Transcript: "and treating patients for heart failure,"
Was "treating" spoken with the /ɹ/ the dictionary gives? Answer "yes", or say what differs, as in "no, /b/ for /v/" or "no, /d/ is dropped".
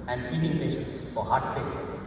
no, /ɹ/ is dropped